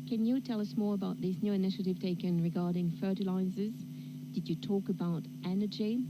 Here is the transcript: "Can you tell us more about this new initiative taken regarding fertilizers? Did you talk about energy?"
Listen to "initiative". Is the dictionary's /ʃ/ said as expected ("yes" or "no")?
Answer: yes